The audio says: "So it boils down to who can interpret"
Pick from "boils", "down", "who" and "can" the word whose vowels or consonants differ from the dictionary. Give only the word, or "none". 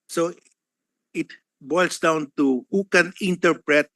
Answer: boils